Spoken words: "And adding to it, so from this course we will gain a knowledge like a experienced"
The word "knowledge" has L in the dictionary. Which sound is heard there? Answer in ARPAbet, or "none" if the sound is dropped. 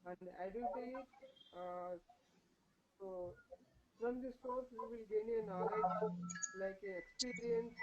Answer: none